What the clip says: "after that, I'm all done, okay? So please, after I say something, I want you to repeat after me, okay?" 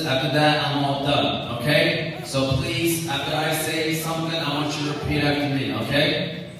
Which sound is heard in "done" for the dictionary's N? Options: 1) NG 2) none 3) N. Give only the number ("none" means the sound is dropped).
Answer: 2